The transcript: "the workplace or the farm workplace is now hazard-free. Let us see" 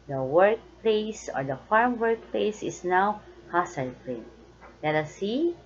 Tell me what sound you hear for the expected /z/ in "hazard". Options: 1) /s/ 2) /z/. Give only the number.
1